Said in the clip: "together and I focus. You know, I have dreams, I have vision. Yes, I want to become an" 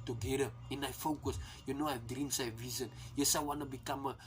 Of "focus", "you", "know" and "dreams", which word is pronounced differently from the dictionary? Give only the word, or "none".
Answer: dreams